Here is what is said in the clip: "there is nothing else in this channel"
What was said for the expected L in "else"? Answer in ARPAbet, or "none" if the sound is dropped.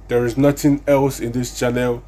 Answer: L